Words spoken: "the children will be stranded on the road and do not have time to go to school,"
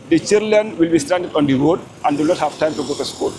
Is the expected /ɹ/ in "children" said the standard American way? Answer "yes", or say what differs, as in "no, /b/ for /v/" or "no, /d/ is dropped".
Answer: no, /l/ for /ɹ/